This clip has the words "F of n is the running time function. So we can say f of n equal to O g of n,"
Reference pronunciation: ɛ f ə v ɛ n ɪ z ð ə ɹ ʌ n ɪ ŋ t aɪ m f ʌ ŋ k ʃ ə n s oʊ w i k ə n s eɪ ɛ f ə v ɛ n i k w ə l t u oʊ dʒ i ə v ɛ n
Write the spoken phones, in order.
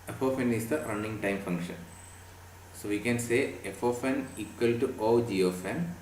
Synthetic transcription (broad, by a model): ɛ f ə f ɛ n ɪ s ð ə ɹ ʌ n ɪ ŋ t aɪ m f ʌ ŋ k ʃ ə n s oʊ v i k ə n s eɪ ɛ f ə f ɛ n i k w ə l t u oʊ dʒ i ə f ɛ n